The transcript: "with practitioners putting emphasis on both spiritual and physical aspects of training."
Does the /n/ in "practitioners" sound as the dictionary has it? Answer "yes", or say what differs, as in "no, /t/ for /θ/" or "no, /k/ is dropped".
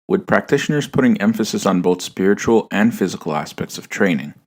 yes